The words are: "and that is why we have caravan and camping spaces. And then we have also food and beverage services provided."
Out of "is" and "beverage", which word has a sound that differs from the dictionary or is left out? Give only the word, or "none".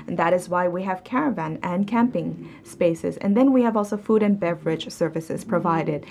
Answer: none